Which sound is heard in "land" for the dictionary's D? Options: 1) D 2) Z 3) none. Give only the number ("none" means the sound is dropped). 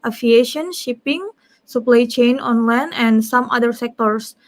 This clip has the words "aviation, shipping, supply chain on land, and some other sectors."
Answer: 3